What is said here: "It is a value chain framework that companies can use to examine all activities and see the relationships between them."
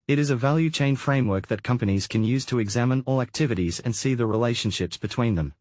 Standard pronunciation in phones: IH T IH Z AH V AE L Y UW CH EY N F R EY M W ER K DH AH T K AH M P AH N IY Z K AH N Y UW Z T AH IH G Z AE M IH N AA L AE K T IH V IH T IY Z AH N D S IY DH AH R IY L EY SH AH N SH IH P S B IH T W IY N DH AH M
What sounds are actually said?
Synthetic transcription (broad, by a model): IH T IH Z AH V AE L Y UW CH EY N F R EY M W ER K DH AH T K AH M P AH N IY Z K AH N Y UW Z T AH IH G Z AE M IH N AA L AE K T IH V IH T IY Z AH N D S IY DH AH R IY L EY SH AH N SH IH P S B IH T W IY N DH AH M